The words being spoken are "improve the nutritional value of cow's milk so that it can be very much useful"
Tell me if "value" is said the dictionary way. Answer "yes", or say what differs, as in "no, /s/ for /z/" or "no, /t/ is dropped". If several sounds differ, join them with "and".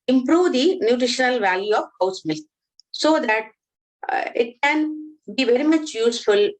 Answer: yes